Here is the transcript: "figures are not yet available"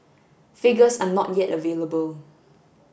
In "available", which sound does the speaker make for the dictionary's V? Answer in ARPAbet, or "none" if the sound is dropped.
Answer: V